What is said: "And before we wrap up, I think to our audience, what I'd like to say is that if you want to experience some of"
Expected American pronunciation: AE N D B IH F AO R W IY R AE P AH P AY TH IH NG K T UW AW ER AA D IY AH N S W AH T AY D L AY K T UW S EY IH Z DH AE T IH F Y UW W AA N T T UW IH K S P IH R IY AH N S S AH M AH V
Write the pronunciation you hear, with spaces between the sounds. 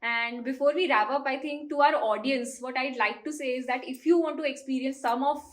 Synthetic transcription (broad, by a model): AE N D B IH F AO R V IY R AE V AH P AY T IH NG K T UW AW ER AA D IY AH N S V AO T AY D L AY K T UW S EY IH Z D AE T IH F Y UW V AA N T T UW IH K S P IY R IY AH N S S AH M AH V